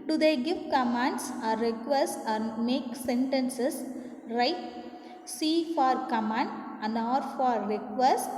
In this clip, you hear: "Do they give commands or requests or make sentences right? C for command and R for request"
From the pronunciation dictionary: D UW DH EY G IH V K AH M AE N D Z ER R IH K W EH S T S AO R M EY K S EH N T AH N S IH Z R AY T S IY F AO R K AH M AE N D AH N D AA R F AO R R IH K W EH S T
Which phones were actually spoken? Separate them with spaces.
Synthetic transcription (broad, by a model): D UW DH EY G IH V K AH M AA N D S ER R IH K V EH S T AA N M EY K S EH N T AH N S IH S R AY T S IY F AO R K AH M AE N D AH N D AA R F AO R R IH K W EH S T